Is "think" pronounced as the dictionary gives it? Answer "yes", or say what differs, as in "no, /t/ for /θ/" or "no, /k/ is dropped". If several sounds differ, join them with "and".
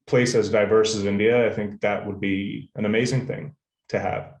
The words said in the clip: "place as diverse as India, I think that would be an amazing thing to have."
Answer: yes